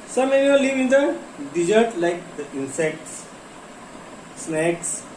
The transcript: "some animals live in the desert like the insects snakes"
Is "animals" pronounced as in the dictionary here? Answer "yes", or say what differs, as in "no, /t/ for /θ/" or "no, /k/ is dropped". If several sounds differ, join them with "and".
no, /m/ is dropped